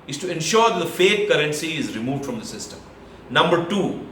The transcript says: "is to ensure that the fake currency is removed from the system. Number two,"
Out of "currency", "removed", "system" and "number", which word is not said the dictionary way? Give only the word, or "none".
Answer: none